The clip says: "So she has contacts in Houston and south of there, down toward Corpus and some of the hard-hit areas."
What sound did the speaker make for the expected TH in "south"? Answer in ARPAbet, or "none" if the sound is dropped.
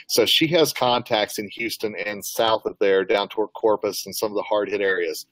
TH